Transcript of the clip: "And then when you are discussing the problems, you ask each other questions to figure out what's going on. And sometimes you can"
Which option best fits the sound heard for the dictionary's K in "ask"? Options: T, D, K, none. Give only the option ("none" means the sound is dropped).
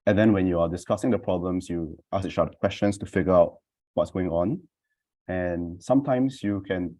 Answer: none